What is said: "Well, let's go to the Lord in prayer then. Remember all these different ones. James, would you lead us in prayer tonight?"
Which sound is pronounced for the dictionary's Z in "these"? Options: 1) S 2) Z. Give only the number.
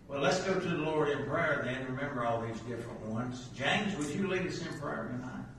2